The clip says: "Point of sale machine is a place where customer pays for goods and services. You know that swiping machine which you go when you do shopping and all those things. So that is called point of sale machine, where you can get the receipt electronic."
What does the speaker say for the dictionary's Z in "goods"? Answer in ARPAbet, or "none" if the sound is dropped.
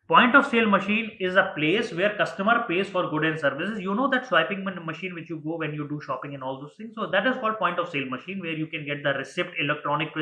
none